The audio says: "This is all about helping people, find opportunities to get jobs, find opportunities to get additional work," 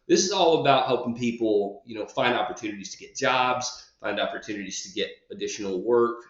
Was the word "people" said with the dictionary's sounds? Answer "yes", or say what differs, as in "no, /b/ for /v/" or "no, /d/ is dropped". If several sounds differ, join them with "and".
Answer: no, /n/ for /l/